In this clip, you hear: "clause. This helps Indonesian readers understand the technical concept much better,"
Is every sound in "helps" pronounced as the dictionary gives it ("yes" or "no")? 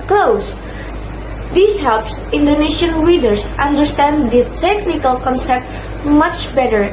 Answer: yes